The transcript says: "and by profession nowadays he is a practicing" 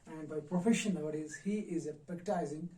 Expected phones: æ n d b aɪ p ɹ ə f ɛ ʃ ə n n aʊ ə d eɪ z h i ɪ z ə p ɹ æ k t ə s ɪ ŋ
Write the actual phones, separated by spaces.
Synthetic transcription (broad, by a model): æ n d b aɪ p ɹ ə f ɛ ʃ ə n l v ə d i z h i ɪ z ə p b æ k t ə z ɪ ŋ